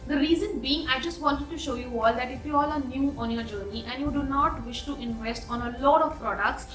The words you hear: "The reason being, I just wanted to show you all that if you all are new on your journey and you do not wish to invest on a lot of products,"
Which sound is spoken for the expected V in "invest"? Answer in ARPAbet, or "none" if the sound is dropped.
V